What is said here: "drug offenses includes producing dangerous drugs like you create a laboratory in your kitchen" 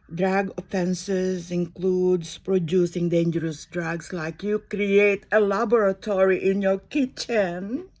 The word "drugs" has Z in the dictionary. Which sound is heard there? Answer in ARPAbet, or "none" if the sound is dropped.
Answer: S